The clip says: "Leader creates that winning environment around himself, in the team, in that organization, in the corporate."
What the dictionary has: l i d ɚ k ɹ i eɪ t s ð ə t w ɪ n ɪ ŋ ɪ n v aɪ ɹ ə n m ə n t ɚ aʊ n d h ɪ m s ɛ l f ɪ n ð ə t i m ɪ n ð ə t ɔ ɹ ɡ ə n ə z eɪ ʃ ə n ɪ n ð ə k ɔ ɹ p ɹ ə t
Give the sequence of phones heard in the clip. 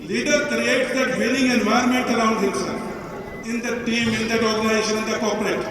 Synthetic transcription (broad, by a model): l i d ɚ k ɹ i eɪ t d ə t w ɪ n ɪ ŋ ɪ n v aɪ ə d m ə n t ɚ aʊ n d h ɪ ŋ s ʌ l ɪ n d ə t i m ɪ n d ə t ɔ ɹ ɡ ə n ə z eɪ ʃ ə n ɪ n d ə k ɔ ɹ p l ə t